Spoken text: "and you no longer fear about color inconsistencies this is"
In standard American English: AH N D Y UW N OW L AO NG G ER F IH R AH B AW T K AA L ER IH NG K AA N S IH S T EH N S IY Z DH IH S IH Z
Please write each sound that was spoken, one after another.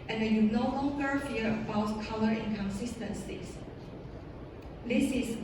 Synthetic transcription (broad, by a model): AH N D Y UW N OW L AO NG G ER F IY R AH B AW T K AA L ER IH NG K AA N S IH S T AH N S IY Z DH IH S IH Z